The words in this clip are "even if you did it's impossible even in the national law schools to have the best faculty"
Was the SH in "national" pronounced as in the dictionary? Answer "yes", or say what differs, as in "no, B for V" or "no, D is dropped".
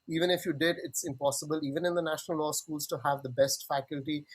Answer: yes